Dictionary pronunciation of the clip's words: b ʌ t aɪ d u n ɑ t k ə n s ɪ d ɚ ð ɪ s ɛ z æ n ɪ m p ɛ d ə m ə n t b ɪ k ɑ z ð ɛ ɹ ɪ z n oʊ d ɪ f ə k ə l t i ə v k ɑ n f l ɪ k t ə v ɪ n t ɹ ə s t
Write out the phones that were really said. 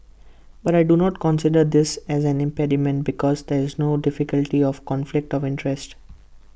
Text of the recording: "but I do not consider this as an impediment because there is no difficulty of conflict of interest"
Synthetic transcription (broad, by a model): b ʌ t aɪ d u n ɑ t k ə n s ɪ d ɚ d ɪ s ɛ z æ n ɪ m p ɛ d ə m ə n t b ɪ k ɑ z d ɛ ɹ ɪ z n oʊ d ɪ f ə k ə l t i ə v k ɑ n f l ɪ k t ə v ɪ n t ɹ ə s t